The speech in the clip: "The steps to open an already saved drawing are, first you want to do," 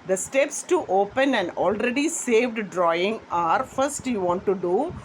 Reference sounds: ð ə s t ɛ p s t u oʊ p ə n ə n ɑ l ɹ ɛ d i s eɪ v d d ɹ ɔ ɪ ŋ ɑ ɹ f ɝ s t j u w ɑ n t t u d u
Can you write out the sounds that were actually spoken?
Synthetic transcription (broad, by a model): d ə s t ɛ p s t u oʊ p ə n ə n ɑ l ɹ ɛ d i s eɪ v d d ɹ ɔ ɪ ŋ ɑ ɹ f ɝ s t j u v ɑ n t t u d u